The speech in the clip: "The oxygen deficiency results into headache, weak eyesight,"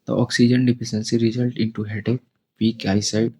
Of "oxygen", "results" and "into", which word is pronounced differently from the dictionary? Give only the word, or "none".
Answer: results